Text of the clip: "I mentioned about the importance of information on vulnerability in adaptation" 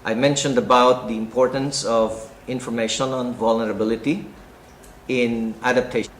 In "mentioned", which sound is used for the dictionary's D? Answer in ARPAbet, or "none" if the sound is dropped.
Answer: D